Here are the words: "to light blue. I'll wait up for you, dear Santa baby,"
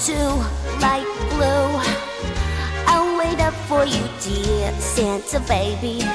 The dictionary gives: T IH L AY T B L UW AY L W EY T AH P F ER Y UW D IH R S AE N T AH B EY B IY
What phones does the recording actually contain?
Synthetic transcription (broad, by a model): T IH L AY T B L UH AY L W EY T AH P F ER Y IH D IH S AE N S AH B EY B IY